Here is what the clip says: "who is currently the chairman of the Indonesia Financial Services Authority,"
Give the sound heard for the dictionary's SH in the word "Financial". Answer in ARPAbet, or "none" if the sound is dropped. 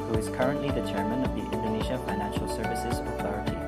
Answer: SH